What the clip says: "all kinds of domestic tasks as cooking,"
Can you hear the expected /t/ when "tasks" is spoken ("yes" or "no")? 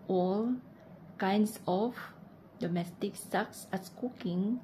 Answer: no